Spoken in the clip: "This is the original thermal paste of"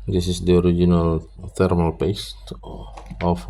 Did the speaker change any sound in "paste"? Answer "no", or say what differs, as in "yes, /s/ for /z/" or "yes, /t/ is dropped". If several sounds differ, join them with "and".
no